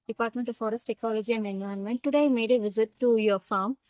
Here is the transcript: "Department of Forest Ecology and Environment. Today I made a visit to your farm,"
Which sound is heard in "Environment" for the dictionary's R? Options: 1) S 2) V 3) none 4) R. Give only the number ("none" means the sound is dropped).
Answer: 3